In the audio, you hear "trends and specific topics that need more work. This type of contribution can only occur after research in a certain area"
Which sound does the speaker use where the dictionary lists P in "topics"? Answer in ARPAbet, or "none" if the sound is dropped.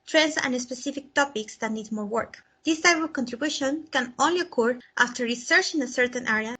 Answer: P